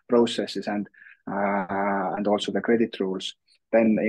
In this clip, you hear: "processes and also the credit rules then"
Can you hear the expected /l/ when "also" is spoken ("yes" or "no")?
yes